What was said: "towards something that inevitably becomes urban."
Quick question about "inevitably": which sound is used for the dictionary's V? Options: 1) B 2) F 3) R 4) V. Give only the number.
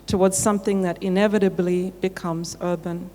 4